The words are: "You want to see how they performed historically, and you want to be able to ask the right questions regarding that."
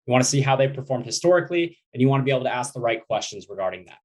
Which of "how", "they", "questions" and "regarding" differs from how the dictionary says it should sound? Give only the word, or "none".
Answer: none